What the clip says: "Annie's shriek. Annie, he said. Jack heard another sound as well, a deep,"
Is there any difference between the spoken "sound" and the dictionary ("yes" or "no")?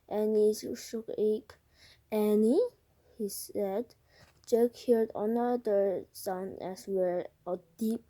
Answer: yes